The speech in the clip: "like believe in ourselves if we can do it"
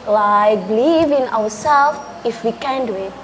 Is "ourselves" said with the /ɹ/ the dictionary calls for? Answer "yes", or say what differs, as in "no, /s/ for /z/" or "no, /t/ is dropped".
no, /w/ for /ɹ/